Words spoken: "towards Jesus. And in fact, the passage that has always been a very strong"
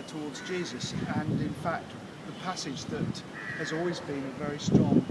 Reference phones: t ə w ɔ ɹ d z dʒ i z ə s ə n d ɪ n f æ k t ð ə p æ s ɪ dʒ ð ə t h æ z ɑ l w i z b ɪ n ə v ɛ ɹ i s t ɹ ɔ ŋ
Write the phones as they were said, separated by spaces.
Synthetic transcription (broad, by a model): t ə w ɔ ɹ d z dʒ i z ə s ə n ɪ n f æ k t ð ə p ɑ s ɪ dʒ ð ə t h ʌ z ɑ l w i z b ɪ n ə v ɛ ɹ i s t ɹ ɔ ŋ